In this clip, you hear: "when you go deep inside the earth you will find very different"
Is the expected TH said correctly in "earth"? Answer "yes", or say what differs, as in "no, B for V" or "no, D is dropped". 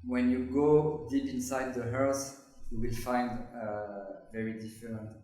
no, S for TH